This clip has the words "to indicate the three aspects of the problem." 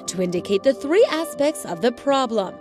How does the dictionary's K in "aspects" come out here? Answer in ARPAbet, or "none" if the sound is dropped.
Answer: K